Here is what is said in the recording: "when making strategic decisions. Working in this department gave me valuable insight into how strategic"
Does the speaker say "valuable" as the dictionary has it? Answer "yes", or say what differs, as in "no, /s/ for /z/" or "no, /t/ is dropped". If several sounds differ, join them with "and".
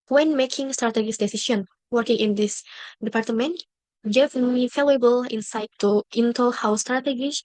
no, /f/ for /v/